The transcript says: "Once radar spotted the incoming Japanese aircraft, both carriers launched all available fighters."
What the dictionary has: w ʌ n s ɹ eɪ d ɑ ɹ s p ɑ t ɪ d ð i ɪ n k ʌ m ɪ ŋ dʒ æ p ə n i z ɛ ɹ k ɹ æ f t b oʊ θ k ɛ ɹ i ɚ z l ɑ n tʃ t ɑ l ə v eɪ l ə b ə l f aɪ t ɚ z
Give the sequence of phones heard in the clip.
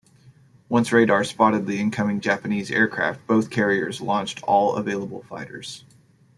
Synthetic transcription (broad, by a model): w ʌ n s ɹ eɪ d ɑ ɹ s p ɑ t ɪ d ð i ɪ n k ʌ m ɪ ŋ dʒ æ p ə n i z ɛ ɹ k ɹ æ f t b oʊ θ k ɛ ɹ i ɚ z l ɑ n tʃ t ɑ l ə v eɪ l ə b l f aɪ t ɚ z